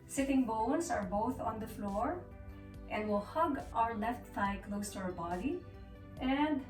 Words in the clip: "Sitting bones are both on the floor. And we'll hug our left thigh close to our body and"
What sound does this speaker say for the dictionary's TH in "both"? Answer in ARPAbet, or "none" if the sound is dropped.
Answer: TH